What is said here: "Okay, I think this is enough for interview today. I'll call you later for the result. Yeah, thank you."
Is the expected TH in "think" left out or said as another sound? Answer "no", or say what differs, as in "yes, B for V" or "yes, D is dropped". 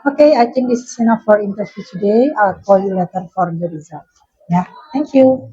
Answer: yes, T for TH